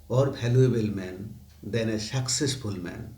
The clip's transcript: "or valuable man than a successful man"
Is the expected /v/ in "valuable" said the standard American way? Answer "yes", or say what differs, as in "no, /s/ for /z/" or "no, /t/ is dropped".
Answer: no, /b/ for /v/